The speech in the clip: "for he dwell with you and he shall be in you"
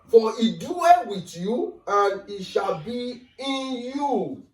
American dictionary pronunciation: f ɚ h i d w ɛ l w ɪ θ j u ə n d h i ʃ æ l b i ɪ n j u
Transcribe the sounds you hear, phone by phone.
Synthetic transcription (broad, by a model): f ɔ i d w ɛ n w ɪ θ j u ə n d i ʃ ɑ l b i ɪ n j u